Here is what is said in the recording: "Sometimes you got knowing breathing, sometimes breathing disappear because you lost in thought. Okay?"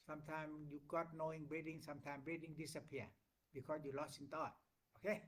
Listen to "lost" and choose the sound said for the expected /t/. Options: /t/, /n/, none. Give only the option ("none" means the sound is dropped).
none